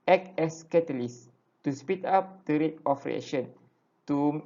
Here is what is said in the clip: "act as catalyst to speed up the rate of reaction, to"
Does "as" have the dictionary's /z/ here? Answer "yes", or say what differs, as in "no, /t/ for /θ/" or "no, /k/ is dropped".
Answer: no, /s/ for /z/